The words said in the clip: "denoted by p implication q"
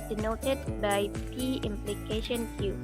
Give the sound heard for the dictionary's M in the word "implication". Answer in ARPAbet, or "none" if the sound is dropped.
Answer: M